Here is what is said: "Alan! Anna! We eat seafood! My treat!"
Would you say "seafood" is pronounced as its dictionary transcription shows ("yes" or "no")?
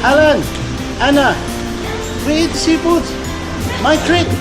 no